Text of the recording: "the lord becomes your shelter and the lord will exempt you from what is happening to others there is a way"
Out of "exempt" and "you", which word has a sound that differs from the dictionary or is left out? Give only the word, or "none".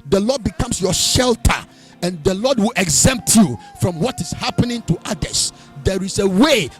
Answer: none